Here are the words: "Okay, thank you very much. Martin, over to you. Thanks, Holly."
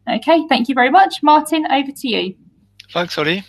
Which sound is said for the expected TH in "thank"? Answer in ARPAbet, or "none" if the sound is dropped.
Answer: TH